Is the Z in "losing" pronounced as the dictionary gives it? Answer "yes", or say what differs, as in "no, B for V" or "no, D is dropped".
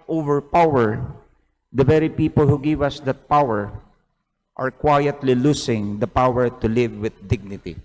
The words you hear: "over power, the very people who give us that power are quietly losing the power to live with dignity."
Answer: no, S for Z